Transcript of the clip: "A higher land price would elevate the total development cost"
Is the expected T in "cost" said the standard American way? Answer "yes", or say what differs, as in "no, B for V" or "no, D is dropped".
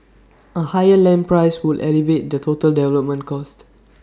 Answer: yes